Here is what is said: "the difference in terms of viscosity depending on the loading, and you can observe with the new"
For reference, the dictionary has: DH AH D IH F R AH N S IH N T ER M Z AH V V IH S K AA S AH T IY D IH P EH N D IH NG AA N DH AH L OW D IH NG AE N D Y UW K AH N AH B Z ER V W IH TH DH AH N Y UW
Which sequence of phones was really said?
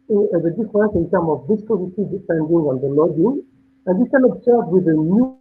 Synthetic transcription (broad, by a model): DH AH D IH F R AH N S IH N T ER M AH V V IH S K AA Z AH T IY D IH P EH N D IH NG AA N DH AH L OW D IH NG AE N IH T K AH N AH B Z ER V W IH DH AH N Y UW